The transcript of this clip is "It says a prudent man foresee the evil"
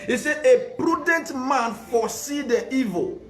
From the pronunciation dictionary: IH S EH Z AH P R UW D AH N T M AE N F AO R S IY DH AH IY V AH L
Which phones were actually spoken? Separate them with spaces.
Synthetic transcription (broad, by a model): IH S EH AH P R UW D AH N T M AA N F AO S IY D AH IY V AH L